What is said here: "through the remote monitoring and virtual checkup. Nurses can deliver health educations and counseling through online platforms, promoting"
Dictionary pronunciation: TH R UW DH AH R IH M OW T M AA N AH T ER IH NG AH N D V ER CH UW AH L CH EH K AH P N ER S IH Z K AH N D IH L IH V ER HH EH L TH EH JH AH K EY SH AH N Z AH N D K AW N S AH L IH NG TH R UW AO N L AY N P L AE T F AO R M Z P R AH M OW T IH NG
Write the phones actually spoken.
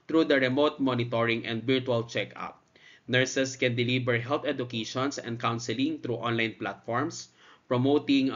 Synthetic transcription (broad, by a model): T R UW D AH R IH M OW T M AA N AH T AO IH NG AH N D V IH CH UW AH L CH EH K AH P N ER S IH S K AH N D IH L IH B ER HH EH L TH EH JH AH K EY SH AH N S AH N D K AW N S AH L IH NG T R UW AO N L AY N P L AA T F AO R M S P R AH M OW T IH NG